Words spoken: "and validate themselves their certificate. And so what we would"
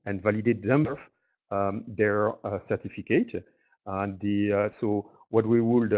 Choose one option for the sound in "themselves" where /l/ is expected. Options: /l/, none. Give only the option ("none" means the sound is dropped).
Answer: none